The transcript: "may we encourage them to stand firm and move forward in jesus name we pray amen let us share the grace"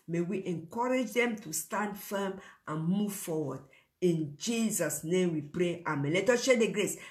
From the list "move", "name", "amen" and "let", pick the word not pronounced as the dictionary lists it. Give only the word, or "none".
none